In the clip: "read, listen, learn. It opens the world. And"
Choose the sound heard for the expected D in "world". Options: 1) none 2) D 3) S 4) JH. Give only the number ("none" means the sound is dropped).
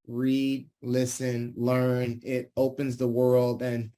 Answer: 2